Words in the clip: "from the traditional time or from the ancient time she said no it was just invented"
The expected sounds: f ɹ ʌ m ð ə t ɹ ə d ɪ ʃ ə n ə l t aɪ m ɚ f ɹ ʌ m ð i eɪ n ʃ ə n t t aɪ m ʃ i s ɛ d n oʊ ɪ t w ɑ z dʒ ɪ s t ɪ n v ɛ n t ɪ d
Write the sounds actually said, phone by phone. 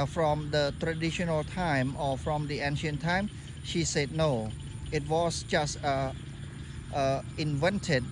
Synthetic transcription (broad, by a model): f ɹ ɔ m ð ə t ɹ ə d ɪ ʃ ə n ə l t aɪ m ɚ f ɹ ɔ m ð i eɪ n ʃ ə n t t aɪ m ʃ i s ɛ d n oʊ ɪ t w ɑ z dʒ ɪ s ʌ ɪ n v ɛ n t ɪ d